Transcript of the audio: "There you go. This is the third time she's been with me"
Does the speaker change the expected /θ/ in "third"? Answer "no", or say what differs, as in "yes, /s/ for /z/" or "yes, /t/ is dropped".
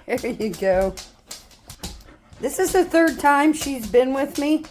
no